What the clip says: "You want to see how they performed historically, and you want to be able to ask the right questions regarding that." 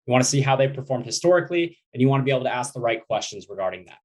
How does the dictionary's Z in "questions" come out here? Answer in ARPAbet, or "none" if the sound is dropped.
Z